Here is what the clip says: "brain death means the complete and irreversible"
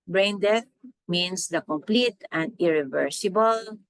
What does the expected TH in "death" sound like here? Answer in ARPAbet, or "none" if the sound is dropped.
T